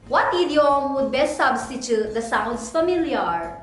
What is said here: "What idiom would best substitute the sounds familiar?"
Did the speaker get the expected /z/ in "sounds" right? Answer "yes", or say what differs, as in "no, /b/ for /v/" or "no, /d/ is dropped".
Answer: no, /s/ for /z/